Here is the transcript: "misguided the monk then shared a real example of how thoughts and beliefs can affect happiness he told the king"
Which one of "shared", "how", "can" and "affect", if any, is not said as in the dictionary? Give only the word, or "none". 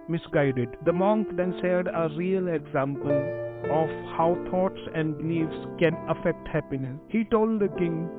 shared